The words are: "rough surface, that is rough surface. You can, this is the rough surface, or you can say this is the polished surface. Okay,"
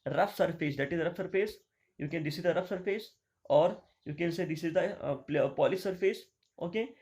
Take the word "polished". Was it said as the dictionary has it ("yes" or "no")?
no